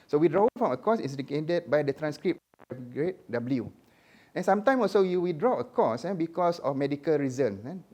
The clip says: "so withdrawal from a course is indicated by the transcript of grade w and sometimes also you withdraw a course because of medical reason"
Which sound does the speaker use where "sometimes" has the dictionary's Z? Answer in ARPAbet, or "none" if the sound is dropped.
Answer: none